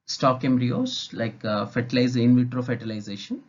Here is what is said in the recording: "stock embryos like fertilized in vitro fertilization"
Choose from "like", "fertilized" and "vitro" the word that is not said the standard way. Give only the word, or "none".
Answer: fertilized